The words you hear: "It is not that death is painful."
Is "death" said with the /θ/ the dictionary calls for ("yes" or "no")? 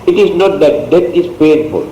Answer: no